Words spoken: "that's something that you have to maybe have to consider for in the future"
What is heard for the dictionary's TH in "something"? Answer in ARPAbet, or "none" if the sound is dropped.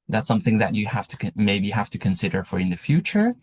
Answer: TH